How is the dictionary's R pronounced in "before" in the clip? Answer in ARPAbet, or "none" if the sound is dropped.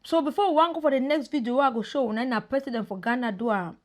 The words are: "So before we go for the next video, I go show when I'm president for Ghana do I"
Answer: W